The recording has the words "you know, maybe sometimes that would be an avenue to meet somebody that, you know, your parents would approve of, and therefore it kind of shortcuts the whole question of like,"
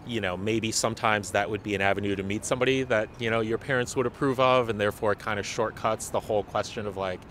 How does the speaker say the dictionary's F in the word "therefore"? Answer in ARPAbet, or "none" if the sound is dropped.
F